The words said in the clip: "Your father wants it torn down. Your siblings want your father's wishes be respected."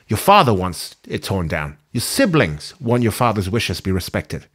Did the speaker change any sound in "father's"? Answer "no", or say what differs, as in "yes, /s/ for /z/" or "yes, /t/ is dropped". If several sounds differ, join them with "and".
no